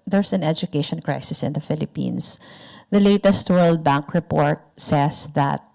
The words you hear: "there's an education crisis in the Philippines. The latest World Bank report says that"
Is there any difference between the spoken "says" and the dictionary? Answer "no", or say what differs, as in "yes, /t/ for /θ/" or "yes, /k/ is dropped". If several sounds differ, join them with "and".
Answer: yes, /s/ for /z/